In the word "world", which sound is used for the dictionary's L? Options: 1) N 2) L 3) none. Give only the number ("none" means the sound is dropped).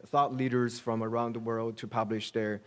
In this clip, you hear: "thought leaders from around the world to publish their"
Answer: 2